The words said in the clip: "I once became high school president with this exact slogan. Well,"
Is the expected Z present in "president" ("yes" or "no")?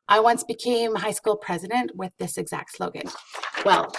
yes